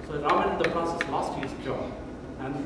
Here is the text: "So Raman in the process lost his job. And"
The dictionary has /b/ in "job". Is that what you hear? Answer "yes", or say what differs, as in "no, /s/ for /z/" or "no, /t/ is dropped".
no, /b/ is dropped